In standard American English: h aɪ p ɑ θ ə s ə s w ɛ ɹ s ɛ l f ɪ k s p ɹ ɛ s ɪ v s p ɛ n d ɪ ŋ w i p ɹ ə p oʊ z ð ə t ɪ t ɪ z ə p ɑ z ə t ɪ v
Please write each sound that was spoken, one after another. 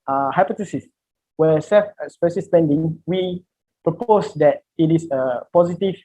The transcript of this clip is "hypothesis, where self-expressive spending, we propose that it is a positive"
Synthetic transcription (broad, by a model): h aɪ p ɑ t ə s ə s w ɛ s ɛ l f s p ɛ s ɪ s p ɛ n d ɪ ŋ w i p ɹ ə p oʊ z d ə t ɪ t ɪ s ə p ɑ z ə t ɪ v